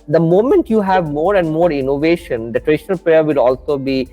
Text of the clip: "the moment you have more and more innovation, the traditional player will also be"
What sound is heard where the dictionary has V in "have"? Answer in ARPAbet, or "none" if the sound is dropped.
V